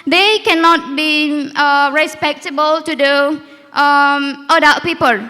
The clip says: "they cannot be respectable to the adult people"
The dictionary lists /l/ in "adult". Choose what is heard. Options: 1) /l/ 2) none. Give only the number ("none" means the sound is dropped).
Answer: 2